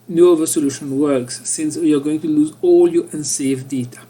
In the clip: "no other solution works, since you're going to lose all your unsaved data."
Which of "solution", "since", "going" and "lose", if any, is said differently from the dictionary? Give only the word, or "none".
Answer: none